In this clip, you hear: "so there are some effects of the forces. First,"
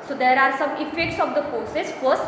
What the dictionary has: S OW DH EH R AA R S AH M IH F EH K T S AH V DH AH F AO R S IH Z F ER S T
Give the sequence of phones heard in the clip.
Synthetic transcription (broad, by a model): S OW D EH R AA R S AH M IH F EH K T S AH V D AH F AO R S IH S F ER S